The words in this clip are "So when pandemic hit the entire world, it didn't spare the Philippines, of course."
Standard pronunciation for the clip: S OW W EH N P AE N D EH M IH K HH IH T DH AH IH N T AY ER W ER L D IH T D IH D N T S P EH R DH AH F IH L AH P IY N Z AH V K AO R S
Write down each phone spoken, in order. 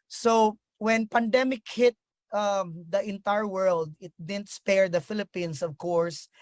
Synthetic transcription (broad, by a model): S OW W EH N P AE N D EH M IH K HH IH T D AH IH N T AY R W ER L D IH T D IH D N T S P EH R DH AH F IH L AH P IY N S AH V K AO R S